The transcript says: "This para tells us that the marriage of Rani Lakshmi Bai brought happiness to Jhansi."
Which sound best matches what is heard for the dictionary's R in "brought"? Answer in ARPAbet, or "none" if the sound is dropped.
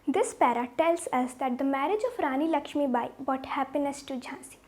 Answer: none